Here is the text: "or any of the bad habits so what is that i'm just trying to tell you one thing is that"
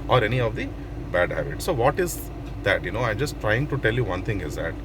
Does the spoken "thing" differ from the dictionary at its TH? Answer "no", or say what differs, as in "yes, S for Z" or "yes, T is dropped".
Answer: yes, T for TH